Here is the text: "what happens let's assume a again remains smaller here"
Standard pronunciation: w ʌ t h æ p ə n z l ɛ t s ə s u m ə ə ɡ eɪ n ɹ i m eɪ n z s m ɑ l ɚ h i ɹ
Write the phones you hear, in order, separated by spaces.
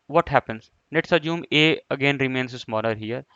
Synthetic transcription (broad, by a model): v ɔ t h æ p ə n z n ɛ t s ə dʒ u m ə ə ɡ eɪ n ɹ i m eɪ n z s m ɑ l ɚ h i ɹ